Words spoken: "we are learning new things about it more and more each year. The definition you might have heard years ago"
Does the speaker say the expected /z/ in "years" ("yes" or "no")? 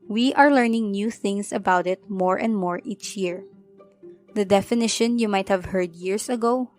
no